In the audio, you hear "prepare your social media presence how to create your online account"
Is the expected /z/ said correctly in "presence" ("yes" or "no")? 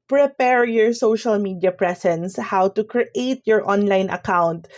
no